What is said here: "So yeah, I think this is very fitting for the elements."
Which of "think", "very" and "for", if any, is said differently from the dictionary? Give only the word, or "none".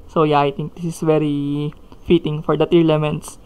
think